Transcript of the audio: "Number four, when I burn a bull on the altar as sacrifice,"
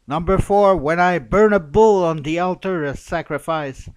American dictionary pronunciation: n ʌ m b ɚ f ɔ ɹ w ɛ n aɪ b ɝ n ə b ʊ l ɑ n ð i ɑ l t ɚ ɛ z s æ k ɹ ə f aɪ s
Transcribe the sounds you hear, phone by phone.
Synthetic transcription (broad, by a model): n ʌ m b ɚ f ɔ ɹ w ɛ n aɪ b ɝ n ə b ʊ l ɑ n ð i ɑ l t ɚ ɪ s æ k ɹ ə f aɪ s